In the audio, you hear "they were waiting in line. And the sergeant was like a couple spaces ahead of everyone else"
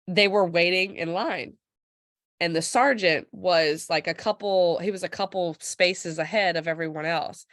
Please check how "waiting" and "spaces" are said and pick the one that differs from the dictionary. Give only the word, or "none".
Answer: none